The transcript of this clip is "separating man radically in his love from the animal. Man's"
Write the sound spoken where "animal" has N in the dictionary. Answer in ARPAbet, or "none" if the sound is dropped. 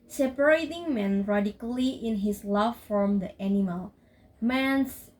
N